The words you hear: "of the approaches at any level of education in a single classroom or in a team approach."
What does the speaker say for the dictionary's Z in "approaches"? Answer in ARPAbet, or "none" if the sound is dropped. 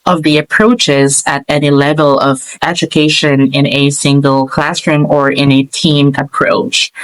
Z